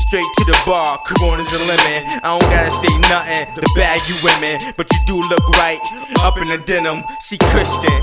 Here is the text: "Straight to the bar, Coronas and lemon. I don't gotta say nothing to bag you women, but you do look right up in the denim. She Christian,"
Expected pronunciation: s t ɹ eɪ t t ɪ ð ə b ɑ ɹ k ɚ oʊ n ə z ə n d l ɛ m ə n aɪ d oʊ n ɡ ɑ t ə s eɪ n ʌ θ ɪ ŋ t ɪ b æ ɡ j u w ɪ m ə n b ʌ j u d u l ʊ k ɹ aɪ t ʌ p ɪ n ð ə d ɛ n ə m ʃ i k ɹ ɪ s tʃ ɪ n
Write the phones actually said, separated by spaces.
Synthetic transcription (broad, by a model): s t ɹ eɪ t t ɪ ð ə b ɑ ɹ k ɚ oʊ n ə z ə l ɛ m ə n aɪ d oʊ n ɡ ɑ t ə s eɪ n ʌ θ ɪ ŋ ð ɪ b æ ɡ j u w ɪ m ə n b ʌ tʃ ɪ d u l ʊ k ɹ aɪ t ʌ p ɪ n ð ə d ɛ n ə m s i k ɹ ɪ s tʃ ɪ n